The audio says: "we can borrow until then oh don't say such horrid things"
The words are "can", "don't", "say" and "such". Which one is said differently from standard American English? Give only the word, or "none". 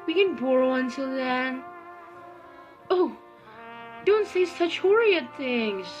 none